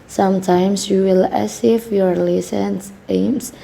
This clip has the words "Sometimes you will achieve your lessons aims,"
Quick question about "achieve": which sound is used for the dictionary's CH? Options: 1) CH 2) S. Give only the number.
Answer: 2